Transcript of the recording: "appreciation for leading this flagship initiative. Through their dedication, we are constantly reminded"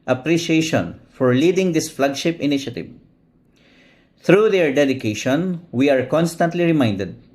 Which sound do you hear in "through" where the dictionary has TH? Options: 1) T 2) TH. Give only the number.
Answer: 1